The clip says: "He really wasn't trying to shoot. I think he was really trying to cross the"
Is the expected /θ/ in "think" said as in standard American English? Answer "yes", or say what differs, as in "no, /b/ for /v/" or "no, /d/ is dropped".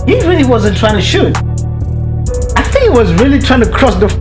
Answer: yes